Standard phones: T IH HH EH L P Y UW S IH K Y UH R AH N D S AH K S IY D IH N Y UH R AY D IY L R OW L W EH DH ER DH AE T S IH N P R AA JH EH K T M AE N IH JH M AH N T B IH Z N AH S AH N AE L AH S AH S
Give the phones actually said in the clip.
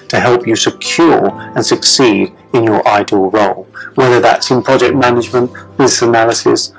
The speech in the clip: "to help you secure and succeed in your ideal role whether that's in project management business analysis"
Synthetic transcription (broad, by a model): T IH HH EH L P Y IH S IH K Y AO R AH N S AH K S IY D IH N Y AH R AY D IY L R OW L W EH DH ER DH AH T S IH N P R AA JH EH K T M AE N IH JH M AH N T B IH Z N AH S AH N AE L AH S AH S